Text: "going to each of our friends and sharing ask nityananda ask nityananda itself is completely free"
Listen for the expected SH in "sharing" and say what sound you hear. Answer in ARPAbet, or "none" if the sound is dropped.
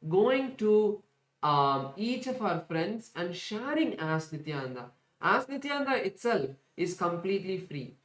SH